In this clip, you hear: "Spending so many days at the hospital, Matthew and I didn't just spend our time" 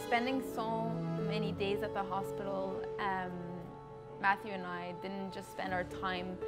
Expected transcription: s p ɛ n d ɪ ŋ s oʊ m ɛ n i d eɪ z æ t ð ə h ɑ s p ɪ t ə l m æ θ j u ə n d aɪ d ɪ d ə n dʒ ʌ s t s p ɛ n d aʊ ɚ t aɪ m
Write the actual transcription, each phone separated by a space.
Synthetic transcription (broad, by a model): s p ɛ n d ɪ ŋ s oʊ m ɛ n i d eɪ z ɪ t ð ə h ɑ s p ɪ t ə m m æ θ j u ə n aɪ d ɪ d n dʒ ʌ s t s p ɛ n d aʊ ɚ t aɪ m